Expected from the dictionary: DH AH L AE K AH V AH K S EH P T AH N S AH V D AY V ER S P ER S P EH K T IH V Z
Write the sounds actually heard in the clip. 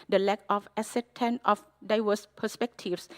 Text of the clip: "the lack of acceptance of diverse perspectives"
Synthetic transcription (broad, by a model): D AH L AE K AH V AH S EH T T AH N AH F D AY V ER S P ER S P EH K T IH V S